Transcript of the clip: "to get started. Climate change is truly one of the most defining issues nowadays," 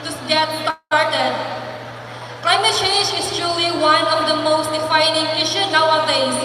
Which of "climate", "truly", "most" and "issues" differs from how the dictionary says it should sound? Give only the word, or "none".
issues